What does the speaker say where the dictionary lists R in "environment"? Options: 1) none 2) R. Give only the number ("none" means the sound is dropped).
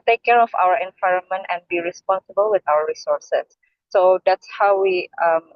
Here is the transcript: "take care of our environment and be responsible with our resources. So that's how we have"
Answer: 2